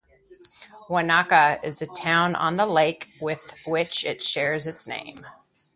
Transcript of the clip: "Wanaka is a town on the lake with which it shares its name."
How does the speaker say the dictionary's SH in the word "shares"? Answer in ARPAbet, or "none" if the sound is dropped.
SH